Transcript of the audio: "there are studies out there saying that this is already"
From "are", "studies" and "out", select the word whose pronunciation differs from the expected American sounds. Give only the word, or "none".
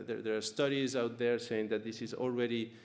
none